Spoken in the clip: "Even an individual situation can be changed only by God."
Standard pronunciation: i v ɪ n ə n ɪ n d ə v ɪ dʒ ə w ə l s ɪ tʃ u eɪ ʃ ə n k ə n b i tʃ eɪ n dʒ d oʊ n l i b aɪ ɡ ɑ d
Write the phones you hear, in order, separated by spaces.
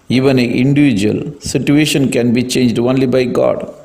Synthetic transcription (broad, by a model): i v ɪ n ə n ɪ n d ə v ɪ dʒ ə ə l s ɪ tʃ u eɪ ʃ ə n k ə n b i tʃ eɪ n dʒ d oʊ n l i b aɪ ɡ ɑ d